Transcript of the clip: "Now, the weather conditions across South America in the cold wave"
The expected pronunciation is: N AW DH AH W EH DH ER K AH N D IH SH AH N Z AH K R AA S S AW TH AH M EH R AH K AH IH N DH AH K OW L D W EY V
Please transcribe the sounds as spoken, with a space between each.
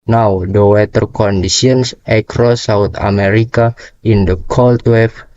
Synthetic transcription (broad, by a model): N AW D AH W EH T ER K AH N D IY S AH N S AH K R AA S S AW T AH M EH R AH K AH IH N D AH K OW L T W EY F